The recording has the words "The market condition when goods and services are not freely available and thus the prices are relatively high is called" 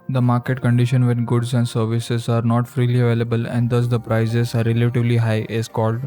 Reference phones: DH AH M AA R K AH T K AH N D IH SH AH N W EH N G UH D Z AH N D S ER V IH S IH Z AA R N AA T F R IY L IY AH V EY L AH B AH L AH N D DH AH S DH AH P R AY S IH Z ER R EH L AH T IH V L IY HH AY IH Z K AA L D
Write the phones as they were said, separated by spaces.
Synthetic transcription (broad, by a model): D AH M AA R K AH T K AH N D IH SH AH N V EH N G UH D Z AH N D S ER V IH S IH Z AA R N AA T F R IY L IY AH V EY L AH B AH L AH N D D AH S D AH P R AY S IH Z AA R EH L AH T IH V L IY HH AY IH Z K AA L D